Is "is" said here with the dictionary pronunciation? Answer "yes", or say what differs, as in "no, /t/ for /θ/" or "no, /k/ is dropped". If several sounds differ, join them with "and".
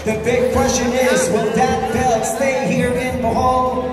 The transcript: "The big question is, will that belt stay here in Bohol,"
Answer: yes